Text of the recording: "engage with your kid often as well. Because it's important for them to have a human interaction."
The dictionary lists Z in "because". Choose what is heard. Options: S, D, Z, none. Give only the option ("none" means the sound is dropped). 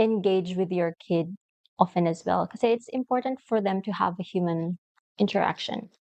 none